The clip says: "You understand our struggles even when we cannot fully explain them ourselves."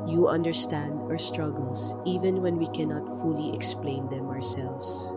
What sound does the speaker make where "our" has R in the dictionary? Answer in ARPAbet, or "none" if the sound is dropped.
R